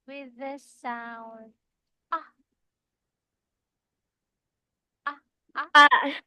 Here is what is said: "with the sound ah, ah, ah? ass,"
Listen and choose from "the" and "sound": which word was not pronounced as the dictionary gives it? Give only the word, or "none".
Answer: sound